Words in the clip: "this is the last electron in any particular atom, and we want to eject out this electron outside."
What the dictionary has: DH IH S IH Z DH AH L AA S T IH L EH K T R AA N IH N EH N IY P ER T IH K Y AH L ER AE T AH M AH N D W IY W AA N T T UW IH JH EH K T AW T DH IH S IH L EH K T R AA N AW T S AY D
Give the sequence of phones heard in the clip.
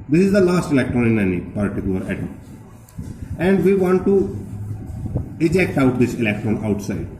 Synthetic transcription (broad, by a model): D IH S IH Z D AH L AA S T IH L EH K T R AA N IH N EH N IY P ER T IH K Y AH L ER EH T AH AH N D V IY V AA N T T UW IH JH EH K T AW T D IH S IH L EH K T R AA N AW T S AY D